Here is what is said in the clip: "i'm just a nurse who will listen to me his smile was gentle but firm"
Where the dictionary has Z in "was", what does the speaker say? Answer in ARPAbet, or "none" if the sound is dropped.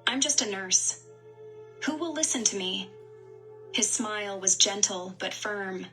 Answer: Z